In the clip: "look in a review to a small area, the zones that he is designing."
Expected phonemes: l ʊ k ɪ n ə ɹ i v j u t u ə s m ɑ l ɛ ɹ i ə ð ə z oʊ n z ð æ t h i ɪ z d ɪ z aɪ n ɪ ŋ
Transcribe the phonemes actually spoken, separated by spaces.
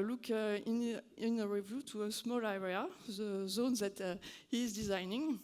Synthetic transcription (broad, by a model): l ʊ k ɪ n ə ɹ i v j u t u ə s m ɑ l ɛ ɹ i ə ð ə z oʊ n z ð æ t h i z d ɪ z aɪ n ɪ ŋ